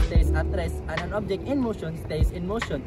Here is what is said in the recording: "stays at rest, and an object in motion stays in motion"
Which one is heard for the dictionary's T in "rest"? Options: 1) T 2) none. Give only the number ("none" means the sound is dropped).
2